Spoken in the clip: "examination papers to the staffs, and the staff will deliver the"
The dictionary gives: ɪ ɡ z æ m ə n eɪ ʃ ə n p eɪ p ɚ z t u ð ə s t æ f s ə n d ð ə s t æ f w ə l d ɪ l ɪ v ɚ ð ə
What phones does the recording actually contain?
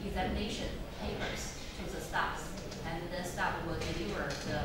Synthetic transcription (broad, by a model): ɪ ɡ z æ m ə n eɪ ʃ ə n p eɪ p ɚ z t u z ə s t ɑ p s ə n ð ə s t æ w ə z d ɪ n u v ɚ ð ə